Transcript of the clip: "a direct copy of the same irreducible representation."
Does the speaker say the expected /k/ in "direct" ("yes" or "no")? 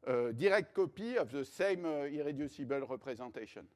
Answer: yes